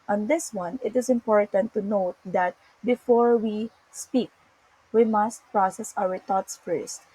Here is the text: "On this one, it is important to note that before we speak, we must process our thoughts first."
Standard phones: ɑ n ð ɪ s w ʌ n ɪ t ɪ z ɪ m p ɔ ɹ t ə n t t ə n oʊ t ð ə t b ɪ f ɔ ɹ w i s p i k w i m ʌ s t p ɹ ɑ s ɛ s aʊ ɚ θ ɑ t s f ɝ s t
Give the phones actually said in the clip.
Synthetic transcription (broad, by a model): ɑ n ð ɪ s w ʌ n ɪ t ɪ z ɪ m p ɔ ɹ t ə n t t ə n oʊ t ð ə t b ɪ f ɔ ɹ w i s p i k w i m ʌ s t p ɹ ɑ s ɛ s aʊ ɚ t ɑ t s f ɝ s t